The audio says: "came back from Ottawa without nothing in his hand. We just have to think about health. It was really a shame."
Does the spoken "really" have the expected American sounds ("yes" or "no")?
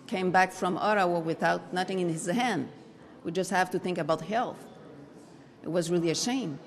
yes